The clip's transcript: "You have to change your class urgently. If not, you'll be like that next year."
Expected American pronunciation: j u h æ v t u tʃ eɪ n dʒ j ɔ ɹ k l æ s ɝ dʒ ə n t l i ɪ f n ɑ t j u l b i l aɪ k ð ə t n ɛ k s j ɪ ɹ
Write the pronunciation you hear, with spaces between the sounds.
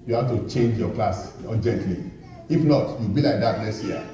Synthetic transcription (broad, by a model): j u h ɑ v t u tʃ eɪ n dʒ j ɔ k l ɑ s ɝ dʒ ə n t l i ɪ f n ɑ t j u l b i l aɪ k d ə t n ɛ s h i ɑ